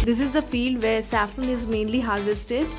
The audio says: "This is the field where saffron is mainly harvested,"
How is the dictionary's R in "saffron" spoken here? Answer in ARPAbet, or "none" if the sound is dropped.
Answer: none